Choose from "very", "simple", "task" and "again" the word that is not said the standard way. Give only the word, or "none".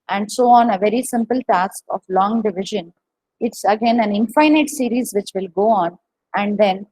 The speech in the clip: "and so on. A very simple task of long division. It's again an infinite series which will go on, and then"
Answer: none